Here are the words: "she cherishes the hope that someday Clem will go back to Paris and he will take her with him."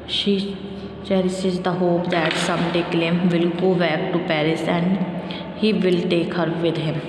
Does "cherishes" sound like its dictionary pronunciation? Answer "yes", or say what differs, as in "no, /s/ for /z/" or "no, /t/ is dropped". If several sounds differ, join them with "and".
no, /s/ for /ʃ/